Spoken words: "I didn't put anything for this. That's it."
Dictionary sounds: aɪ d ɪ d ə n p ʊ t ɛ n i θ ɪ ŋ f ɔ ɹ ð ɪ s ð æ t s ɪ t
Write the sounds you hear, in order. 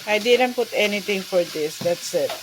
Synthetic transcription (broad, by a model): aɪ d ɪ d ə n p ʊ t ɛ n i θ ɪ ŋ f ɔ ɹ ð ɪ s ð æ t s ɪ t